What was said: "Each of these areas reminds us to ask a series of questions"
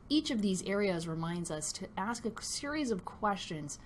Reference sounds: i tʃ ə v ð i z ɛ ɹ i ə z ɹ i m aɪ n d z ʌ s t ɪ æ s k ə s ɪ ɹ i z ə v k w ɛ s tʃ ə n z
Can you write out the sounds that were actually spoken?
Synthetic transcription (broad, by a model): i tʃ ə v ð i z ɛ ɹ i ə z ɹ i m aɪ n d z ʌ s t ɪ æ s k ə s ɪ ɹ i z ə v k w ɛ s tʃ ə n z